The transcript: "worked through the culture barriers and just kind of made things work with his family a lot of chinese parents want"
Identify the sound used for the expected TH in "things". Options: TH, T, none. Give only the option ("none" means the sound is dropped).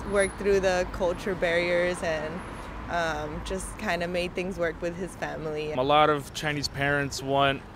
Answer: TH